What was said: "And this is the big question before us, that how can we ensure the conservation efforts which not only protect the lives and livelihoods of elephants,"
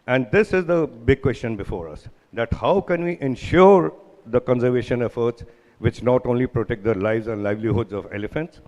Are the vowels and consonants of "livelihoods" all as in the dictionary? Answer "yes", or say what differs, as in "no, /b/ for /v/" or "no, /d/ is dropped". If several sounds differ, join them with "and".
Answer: yes